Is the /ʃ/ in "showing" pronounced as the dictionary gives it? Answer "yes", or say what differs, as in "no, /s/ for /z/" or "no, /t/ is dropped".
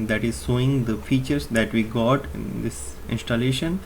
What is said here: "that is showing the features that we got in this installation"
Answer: no, /s/ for /ʃ/